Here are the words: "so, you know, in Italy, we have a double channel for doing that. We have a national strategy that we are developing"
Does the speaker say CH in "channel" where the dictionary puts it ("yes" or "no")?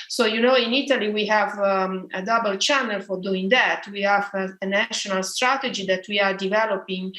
yes